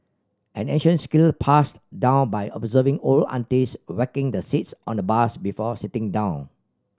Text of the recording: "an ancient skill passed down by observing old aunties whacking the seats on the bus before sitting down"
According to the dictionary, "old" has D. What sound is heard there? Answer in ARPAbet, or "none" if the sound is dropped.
none